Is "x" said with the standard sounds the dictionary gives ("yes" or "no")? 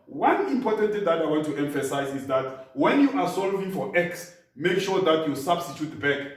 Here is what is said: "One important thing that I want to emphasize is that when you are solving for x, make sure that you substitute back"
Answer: yes